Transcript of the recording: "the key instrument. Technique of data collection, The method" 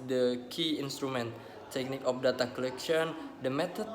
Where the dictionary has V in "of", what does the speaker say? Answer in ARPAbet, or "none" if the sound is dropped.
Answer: P